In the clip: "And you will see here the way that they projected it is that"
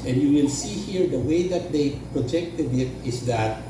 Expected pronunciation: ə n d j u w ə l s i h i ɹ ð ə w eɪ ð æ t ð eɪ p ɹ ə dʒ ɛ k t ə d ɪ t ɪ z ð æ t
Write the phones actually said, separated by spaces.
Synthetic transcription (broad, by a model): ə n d j u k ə n s i h i ɹ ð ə w eɪ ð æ t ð eɪ p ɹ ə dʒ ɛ k t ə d ɪ t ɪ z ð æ t